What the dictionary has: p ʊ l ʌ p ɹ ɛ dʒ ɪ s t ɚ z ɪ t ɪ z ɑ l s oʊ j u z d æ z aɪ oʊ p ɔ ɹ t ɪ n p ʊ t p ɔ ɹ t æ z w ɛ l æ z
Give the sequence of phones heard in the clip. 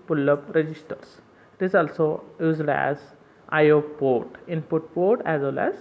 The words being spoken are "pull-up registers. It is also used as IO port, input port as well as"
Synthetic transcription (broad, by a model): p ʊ l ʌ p ɹ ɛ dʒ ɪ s t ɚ s ɪ t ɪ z ɑ l s oʊ j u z d æ z aɪ oʊ p ɔ ɹ t ɪ n p ʊ t p ɔ ɹ t æ z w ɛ l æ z